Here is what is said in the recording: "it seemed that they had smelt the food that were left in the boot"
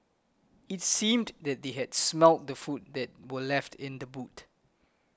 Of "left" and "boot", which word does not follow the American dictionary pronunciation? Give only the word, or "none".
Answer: none